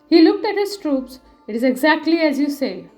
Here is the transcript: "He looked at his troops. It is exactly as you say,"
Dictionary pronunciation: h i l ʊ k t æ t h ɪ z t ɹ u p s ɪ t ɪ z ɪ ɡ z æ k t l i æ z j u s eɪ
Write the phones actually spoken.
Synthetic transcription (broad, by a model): h i l ʊ k t æ t h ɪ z t ɹ u p s ɪ t ɪ z ɪ ɡ z æ k t l i æ z j u s eɪ